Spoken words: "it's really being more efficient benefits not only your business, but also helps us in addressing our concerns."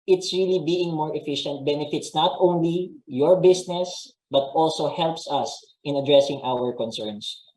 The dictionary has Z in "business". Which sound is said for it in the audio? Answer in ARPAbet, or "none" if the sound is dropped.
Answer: S